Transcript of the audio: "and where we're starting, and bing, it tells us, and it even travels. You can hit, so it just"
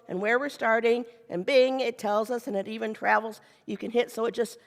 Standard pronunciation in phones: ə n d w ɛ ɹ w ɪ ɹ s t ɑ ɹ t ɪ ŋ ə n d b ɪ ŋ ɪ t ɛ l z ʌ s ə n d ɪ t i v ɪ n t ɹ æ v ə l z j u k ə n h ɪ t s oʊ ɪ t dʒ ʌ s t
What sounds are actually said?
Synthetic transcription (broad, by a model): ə n w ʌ ɹ w ɪ ɹ s t ɑ ɹ t ɪ ŋ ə n b ɪ ŋ ɪ t ɛ l z ʌ s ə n ɪ t i v ɪ n t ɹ æ v l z j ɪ k ə n h ɪ t s oʊ ɪ t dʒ ʌ s t